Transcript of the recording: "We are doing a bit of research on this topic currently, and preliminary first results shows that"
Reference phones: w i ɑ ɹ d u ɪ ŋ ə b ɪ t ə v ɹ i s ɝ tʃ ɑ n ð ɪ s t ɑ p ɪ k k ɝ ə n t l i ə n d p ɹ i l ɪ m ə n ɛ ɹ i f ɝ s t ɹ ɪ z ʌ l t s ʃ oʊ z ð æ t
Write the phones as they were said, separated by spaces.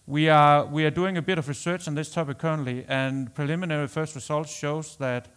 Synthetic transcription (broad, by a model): w i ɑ w d u ɪ ŋ ə b ɪ t ə v ɹ i s ɝ tʃ n ð ɪ s t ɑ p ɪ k k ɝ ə n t l i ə n p ɹ i l ɪ m ə n ɛ ɹ i f ɝ s t ɹ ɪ s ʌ l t ʃ oʊ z ð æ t